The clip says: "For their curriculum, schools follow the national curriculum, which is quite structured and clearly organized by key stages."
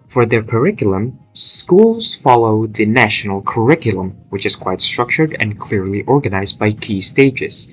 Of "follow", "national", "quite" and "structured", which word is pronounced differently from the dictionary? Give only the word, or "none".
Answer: none